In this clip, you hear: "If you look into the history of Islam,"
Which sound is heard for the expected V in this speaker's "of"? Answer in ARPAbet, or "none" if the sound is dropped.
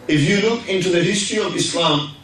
V